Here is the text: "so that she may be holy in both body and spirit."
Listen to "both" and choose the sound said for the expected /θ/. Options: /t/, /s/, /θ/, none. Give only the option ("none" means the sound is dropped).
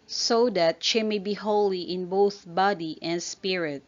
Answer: /θ/